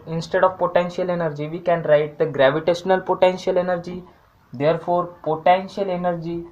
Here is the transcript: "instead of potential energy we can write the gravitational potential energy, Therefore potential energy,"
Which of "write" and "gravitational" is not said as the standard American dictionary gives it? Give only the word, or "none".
none